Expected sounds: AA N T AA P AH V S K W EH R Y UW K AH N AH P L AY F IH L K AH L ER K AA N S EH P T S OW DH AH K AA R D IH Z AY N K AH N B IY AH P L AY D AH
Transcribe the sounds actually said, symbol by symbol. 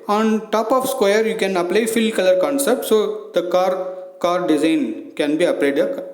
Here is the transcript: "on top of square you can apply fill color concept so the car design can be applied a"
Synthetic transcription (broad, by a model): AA N T AA P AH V S K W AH R Y UW K AH N AH P L AY F IH L K AH L ER K AA N S EH P T S OW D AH K AA R D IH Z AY N K AH N B IY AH P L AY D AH